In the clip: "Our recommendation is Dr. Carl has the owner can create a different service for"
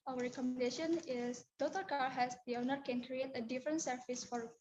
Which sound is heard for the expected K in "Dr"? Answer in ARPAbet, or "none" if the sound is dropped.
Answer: none